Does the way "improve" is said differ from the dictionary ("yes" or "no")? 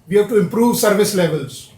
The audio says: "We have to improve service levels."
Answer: no